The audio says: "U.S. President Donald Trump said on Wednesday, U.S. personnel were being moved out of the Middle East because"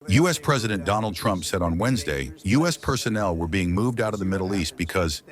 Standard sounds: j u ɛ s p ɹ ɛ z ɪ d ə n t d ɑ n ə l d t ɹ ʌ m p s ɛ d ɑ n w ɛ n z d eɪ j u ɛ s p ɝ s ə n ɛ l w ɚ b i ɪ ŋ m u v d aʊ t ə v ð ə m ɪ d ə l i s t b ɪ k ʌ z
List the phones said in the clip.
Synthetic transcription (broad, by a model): j u ɛ s p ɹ ɛ z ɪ d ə n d ɑ n l d t ɹ ʌ m p s ɛ d n w ɛ n z d eɪ j u ɛ s p ɝ s ə n ɛ l w ɚ b i ɪ ŋ m u v d aʊ t ə v ð ə m ɪ d l i s t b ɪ k ʌ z